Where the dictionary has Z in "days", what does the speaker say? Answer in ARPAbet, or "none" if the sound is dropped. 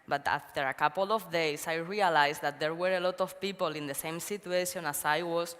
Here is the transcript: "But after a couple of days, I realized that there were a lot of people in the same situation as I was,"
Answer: S